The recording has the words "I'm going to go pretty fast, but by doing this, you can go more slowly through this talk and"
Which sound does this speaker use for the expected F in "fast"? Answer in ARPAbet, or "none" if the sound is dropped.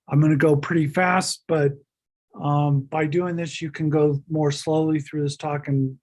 F